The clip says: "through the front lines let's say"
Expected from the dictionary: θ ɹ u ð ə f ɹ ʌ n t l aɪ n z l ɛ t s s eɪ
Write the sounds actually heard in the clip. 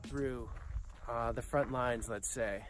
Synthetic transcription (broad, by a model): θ ɹ u ð ə f ɹ ʌ n t l aɪ n z l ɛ t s s eɪ